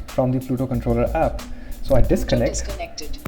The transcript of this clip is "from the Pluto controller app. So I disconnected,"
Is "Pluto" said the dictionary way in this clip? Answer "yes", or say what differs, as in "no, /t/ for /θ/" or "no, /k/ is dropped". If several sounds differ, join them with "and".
no, /f/ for /p/